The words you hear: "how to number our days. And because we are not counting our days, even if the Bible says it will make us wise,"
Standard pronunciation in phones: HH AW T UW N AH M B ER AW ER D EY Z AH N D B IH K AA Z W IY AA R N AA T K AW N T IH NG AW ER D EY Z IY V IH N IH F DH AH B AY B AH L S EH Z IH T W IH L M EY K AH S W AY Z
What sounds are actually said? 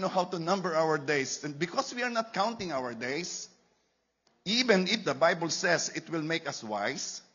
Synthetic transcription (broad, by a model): HH AW T UW N AH M B ER AW ER D EY S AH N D B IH K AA S W IY AA R N AA T K AW N T IH NG AW ER D EY S IY V IH N IH F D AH B AY B AH L S EH S IH T W IH L M EY K AH S W AY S